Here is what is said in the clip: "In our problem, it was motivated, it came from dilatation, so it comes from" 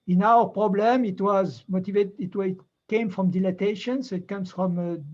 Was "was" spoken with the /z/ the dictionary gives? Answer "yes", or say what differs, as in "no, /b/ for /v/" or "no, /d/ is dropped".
yes